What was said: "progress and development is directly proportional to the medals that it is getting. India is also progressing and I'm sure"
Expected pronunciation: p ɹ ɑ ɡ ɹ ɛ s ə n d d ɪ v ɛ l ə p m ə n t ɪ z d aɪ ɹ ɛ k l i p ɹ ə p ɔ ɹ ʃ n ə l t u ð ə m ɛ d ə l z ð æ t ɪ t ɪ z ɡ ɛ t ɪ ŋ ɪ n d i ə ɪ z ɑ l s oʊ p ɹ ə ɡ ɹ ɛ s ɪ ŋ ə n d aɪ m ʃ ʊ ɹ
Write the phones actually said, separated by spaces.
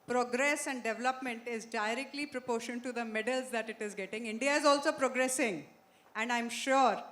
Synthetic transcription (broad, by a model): p ɹ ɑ ɡ ɹ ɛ s ə n d d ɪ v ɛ l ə p m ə n t ɪ z d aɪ ɹ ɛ k l i p ɹ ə p ɔ ɹ ʃ ə n t u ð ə m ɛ d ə l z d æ t ɪ t ɪ z ɡ ɛ t ɪ ŋ ɪ n d i ə ɪ z ɑ l s oʊ p ɹ ə ɡ ɹ ɛ s ɪ ŋ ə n d aɪ m ʃ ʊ ɹ